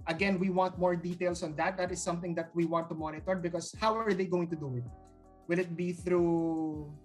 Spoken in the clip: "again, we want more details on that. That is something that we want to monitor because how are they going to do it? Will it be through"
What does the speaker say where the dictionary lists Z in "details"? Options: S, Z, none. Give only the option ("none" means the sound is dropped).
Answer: S